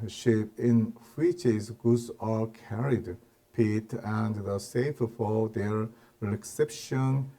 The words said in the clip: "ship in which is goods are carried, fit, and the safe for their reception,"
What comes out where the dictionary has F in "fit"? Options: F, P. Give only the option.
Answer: P